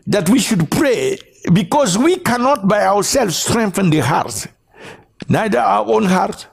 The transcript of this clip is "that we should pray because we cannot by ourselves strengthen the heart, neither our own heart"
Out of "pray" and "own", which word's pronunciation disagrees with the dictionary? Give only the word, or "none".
none